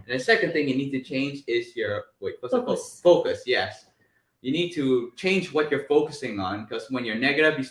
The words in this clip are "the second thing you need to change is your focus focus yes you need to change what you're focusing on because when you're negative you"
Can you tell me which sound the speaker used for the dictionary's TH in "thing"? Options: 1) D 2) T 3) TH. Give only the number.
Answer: 3